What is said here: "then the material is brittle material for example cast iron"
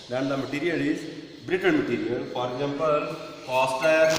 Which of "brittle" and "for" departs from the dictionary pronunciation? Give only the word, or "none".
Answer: brittle